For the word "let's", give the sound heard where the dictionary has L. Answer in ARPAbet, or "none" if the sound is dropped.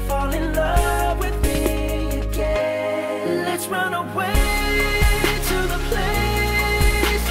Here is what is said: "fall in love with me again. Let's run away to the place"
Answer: L